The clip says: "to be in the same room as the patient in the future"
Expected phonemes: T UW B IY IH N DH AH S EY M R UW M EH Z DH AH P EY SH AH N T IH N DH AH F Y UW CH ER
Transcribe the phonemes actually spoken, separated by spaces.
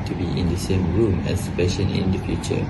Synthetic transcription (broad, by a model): T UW B IY IH N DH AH S EY M R UW M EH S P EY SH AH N IH N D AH F Y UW CH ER